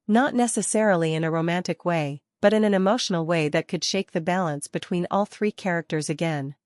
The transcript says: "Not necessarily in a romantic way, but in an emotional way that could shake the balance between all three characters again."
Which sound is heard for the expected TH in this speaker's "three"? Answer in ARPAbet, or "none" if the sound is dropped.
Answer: TH